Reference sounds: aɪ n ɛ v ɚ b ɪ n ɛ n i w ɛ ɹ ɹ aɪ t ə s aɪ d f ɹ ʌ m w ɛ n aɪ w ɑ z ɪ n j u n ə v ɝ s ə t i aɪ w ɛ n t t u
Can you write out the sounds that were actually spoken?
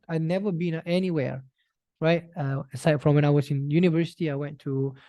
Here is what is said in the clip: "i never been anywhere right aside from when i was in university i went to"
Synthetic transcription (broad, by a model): aɪ n ɛ v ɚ b ɪ n ɛ n i w ɛ ɹ ɹ aɪ t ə s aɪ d f ɹ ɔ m w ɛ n aɪ w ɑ s ɪ n j u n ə v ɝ s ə t i aɪ w ɛ n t t u